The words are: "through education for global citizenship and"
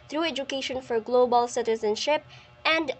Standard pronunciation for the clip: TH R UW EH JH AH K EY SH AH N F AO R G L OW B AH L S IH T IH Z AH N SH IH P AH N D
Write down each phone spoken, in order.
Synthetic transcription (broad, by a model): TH R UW EH JH AH K EY SH AH N F AO R G L OW B AH L S IH T IH Z AH N SH IH P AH N D